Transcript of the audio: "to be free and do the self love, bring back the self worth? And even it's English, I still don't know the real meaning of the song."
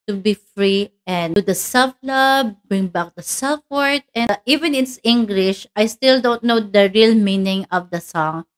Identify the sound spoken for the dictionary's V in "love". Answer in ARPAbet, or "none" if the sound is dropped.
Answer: B